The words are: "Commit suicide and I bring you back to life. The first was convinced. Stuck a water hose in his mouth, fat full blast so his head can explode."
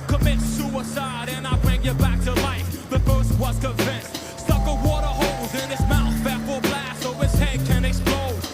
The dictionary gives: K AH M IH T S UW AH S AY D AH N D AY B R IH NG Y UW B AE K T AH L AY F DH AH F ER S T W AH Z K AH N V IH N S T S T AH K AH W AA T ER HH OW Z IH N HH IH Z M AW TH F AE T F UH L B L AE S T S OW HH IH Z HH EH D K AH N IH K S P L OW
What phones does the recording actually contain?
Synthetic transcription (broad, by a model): K AH M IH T S UW AH S AY D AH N AY B R IH NG Y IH B AE K T AH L AY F DH AH F ER S T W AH S K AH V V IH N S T S T AH K AH W AA T ER HH OW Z IH N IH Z M AW TH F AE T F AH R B L AE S S OW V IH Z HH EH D K AH N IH K S P L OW